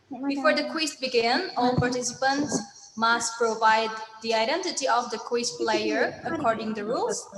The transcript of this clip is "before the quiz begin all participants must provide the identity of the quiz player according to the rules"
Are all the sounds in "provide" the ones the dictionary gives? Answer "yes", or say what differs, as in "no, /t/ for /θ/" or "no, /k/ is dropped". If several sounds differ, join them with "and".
yes